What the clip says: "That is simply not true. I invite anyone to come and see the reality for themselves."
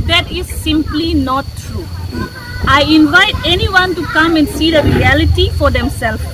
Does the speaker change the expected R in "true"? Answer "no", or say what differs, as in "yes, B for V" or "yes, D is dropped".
no